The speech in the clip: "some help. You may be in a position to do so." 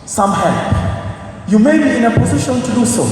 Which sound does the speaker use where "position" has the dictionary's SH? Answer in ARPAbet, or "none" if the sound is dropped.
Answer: SH